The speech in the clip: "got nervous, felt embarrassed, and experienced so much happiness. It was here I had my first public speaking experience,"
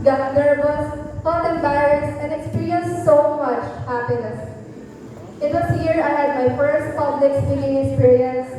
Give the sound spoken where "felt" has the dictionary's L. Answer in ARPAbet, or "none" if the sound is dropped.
none